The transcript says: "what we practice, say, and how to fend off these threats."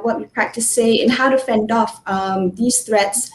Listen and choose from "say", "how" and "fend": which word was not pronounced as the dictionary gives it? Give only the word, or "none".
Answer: none